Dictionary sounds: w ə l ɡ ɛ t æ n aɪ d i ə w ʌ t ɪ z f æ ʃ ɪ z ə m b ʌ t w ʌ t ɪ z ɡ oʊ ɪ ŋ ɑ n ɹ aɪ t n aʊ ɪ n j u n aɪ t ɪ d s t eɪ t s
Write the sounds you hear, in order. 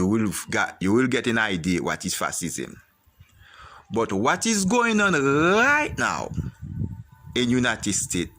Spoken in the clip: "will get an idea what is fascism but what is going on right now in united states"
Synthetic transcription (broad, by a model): w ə l ɡ ɛ t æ n aɪ d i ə w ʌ t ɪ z f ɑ s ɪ z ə m b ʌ t w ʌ t ɪ z ɡ oʊ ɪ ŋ ɑ n ɹ aɪ t n aʊ ɪ n j u n aɪ t ɪ d s t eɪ t